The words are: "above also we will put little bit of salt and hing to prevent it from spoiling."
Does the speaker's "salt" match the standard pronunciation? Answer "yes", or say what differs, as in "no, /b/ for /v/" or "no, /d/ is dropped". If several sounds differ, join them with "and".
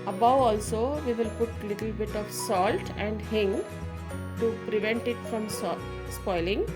yes